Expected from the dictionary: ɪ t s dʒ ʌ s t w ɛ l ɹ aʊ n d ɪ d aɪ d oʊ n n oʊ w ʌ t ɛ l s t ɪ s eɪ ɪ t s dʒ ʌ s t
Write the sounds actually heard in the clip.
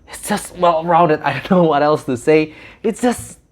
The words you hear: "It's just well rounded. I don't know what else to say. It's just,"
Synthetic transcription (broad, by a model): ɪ t s dʒ ʌ s t w ɛ l ɹ aʊ n d ɪ d aɪ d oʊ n n oʊ w ʌ t ɛ l s t ɪ s eɪ ɪ t s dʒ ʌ s t